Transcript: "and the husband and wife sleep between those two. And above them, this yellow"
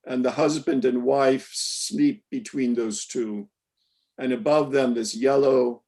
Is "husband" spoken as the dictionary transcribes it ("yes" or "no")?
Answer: yes